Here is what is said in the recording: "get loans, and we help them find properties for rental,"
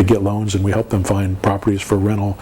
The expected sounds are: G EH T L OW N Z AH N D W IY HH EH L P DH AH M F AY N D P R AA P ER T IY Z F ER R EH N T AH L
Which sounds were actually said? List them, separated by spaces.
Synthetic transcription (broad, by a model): G EH T L OW N Z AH N W IY HH EH L P DH AH M F AY N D P R AA P ER T IY Z F ER R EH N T L